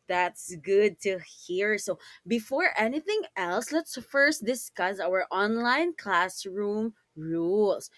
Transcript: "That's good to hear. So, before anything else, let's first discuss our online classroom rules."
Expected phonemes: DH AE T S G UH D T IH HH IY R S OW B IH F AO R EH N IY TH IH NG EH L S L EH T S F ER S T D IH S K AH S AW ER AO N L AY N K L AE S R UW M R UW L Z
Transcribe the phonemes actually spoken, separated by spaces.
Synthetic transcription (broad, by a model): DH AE T S G UH D T IH HH IY R S OW B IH F AO R EH N IY TH IH NG EH L S L EH T S F ER S T D IH S K AH S AW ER AO N L AY N K L AE S R UW M R UW L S